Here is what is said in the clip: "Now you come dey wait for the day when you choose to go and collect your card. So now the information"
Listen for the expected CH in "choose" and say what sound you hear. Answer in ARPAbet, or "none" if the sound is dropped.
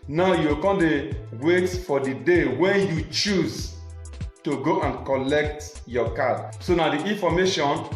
CH